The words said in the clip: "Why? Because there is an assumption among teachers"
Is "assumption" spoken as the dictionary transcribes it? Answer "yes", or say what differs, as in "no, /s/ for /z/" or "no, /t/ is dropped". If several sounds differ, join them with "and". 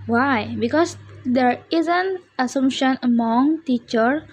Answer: no, /p/ is dropped